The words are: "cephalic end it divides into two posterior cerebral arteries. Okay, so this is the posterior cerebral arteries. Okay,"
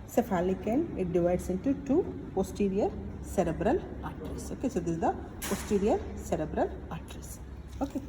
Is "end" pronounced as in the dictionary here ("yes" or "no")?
no